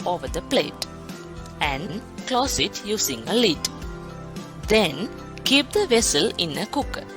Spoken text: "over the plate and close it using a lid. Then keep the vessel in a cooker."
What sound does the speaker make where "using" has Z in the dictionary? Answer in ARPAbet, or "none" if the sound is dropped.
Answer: S